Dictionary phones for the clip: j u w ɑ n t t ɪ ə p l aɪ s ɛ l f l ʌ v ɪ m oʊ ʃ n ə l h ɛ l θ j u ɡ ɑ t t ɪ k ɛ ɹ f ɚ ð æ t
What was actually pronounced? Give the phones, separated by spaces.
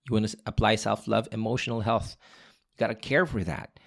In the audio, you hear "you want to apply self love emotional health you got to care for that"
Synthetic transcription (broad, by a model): j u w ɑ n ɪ ə p l aɪ s ɛ l f l ʌ v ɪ m oʊ ʃ n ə l h ɛ l θ j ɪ ɡ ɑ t t ɪ k ɛ ɹ f ɚ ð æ t